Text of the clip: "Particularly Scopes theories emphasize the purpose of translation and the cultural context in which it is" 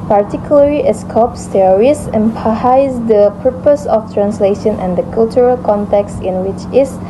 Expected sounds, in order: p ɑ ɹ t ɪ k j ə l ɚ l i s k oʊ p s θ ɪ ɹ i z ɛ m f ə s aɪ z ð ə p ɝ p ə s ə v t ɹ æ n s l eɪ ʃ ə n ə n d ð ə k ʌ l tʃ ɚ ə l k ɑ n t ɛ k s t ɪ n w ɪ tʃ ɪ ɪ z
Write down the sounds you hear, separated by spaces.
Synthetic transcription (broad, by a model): p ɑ ɹ t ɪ k j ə l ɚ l i s k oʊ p s t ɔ ɹ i s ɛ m p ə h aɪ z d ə p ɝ p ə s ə f t ɹ æ n s l eɪ ʃ ə n ə n d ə k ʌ l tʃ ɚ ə l k ɑ n t ɛ k s t ɪ n w ɪ tʃ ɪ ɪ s